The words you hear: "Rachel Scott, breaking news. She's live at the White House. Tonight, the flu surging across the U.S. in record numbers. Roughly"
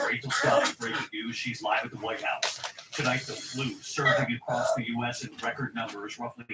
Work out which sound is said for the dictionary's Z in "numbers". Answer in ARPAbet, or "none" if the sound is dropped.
Z